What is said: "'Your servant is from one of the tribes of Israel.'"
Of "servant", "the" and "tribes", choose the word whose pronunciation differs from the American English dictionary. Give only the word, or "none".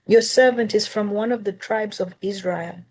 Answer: none